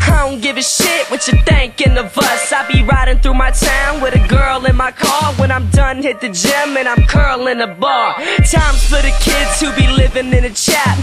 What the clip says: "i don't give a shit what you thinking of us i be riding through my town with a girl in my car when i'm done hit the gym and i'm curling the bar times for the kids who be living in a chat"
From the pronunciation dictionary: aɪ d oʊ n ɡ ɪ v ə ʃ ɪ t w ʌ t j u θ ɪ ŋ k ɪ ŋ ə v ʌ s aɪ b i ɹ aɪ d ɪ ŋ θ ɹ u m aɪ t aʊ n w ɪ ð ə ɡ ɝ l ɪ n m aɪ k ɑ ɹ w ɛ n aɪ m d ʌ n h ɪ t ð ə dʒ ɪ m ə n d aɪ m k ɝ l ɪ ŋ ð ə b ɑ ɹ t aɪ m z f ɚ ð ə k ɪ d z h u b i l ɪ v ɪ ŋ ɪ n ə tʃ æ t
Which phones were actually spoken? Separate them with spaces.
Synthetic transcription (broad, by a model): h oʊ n ɡ ɪ v ə ʃ ɪ t w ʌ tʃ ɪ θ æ ŋ k ɪ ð ə v ʌ s aɪ b i ɹ aɪ d ɪ ŋ θ ɹ u m aɪ t aʊ n w ɪ ð ə ɡ ɝ l ɪ n m aɪ k ɑ ɹ w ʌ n aɪ m d ʌ n h ɪ t ð ə dʒ ɪ m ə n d aɪ m k ɝ l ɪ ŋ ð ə b ɑ ɹ t aɪ m z f ɚ ð ə k ɪ d z h u b i l ɪ v ɪ ŋ ɪ n ə tʃ æ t